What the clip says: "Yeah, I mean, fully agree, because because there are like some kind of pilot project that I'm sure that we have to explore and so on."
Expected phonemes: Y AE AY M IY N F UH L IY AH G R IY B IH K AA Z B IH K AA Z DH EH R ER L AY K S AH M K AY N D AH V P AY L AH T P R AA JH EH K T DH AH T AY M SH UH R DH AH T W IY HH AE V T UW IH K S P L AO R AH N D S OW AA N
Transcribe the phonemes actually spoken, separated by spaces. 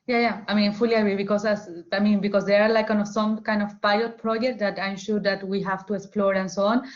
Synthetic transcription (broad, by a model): Y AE AY M IY N F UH L IY AH G R IY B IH K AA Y B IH K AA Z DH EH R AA L AY K S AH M K AY N D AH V P AY L AH T P R AA JH EH K T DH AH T AY M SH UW R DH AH T W IY HH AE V T UW IH K S P L AO R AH N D S OW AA N